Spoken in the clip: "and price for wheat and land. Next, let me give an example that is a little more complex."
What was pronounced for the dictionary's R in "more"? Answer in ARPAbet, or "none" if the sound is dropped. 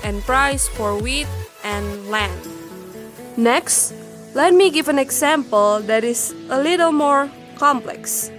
R